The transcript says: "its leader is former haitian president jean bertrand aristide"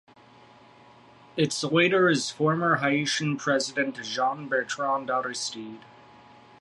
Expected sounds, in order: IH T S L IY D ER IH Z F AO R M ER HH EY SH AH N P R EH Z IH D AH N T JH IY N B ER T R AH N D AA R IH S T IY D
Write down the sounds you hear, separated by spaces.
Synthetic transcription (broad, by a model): IH T S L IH D ER IH Z F AO R M ER HH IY SH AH N P R EH Z IH D AH N T ZH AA N B ER T R AH N D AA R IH S T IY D